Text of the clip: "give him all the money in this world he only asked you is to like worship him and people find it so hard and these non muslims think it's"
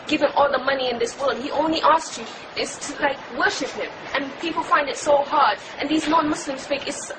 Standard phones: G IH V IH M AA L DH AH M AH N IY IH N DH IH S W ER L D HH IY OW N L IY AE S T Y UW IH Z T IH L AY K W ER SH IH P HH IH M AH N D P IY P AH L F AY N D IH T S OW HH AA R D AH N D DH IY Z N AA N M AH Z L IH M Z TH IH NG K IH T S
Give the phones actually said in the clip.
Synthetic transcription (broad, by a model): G IH V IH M AA L DH AH M AH N IY IH N DH IH S W ER L D HH IY OW N L IY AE S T Y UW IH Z T IH L AY K W ER SH IH P HH IH M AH N P IY P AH L F AY N D IH T S OW HH AA R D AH N DH IY Z N AA N M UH S L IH M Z F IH K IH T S